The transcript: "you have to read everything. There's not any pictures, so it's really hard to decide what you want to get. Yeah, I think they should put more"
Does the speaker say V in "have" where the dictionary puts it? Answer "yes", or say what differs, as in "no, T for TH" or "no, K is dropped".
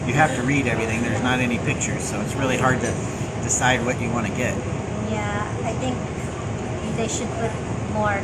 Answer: no, F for V